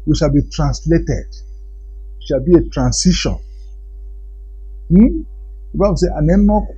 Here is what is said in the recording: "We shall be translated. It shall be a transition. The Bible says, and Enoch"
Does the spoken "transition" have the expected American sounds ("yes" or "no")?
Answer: no